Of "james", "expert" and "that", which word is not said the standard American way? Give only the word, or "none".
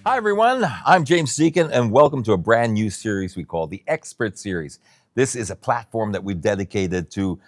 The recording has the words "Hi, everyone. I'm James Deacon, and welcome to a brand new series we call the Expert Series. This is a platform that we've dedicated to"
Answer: none